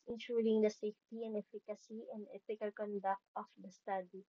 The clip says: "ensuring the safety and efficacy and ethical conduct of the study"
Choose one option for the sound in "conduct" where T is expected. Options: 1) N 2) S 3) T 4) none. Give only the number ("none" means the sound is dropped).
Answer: 3